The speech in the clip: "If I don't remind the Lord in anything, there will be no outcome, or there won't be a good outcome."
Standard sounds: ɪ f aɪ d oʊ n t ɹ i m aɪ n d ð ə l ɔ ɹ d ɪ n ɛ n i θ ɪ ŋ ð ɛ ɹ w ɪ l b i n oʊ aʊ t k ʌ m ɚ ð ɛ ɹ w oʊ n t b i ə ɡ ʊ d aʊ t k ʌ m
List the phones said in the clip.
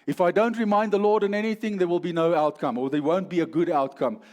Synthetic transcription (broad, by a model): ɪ f aɪ d oʊ n t ɹ i m aɪ n d ð ə l ɔ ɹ d ɪ n ɛ n i θ ɪ ŋ ð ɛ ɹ w ɪ l b i n oʊ aʊ t k ʌ m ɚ ð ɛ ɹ w oʊ n t b i ə ɡ ʊ d aʊ t k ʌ m